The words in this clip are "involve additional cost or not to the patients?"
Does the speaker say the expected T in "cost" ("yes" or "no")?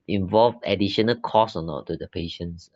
no